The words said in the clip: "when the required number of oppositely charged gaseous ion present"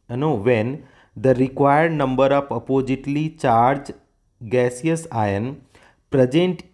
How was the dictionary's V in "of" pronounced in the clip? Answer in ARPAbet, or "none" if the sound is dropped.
P